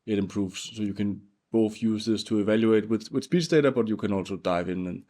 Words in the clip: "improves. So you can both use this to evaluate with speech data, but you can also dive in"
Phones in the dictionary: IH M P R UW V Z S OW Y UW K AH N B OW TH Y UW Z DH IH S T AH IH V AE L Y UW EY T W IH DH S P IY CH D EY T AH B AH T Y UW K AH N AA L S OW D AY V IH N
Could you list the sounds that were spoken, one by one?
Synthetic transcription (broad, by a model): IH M P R UW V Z S OW Y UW K AH N B OW TH Y UW Z DH IH S T AH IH V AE L Y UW EY T W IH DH S P IY S D EY T AH B AH T Y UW K AH N AA L S OW D AY V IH N